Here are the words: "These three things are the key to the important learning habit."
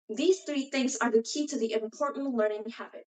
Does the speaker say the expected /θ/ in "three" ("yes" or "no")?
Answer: yes